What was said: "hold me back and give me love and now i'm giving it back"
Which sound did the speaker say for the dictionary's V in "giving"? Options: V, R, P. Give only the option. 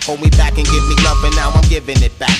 V